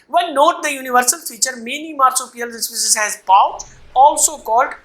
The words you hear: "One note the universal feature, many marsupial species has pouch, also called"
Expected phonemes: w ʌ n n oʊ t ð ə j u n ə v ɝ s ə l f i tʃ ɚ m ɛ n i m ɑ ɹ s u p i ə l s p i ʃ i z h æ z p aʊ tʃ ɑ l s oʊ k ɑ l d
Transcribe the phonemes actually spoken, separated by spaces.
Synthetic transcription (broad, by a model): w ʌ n n oʊ t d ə j u n ə v ɝ s ə l f i tʃ ɚ m ɛ n i m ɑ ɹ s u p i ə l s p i s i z h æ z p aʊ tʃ ɑ l s oʊ k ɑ l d